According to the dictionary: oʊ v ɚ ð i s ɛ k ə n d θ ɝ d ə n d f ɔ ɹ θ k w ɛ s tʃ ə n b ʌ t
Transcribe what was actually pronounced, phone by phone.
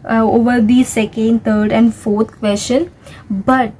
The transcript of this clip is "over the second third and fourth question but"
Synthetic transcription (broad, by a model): oʊ v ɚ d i s ɛ k ə n d t ɝ d ə n d f ɔ ɹ t k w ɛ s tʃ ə n b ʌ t